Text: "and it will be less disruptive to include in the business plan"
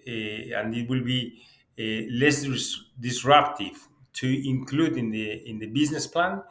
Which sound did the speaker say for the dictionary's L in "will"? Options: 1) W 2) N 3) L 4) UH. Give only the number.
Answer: 3